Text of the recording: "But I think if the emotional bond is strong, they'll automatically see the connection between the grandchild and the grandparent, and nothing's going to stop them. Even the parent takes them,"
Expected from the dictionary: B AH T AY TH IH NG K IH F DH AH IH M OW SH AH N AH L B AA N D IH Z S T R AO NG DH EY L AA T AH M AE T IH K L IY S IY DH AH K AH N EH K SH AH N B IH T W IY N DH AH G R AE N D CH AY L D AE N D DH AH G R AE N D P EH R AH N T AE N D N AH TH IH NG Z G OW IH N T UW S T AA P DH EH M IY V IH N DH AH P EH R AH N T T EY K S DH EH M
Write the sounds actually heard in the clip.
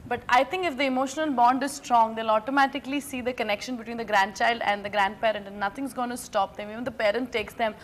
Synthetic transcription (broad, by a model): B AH T AY T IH NG K IH F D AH IH M OW SH AH N AH L B AA N D IH Z S T R AO NG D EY L AA T AH M AE T IH K L IY S IY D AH K AH N EH K SH AH N B IH T W IY N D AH G R AE N D CH AY L D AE N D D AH G R AE N D P EH R AH N T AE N N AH T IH NG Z G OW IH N T UW S T AA P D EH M IY V IH N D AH P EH R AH N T T EY K S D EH M